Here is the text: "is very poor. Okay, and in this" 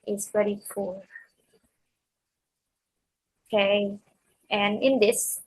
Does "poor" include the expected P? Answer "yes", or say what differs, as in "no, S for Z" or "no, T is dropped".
no, F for P